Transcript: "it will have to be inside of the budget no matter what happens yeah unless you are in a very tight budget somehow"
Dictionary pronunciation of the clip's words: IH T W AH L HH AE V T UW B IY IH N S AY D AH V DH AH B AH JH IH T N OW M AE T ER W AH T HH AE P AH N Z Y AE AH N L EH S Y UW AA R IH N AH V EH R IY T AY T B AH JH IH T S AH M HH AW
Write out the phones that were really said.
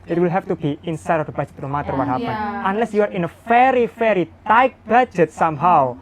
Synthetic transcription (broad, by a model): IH T W AH L HH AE F T UW B IY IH N S AY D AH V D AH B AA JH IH T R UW M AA T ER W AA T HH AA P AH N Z AH N L EH S Y UW AA R IH N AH F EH R IY T AY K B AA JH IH T S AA M HH AW